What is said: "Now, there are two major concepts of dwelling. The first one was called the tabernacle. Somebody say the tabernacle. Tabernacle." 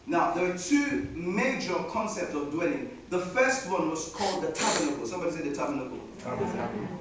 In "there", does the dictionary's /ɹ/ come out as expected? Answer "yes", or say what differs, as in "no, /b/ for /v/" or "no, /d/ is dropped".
no, /w/ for /ɹ/